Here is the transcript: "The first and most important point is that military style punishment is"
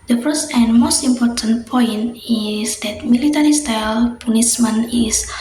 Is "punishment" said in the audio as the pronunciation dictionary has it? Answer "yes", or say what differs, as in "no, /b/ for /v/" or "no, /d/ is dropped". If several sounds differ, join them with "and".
no, /s/ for /ʃ/ and /t/ is dropped